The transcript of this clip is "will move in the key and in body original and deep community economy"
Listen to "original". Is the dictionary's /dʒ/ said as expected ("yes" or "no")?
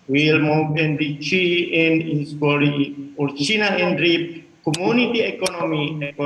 no